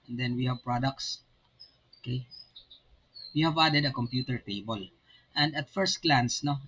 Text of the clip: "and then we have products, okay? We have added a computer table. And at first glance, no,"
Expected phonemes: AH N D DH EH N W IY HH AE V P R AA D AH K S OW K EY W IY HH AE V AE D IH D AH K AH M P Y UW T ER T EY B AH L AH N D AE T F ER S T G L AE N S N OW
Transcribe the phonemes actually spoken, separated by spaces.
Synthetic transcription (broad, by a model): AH N D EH N W IY HH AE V P R AA D AH K S OW K EY W IY HH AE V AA D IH D AH K AH M P Y UW T ER T EY B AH L AH N D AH T F ER S T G L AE N S N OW